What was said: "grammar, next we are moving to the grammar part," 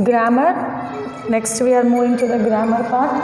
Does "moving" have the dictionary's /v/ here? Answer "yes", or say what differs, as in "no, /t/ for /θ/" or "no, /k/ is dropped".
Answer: no, /v/ is dropped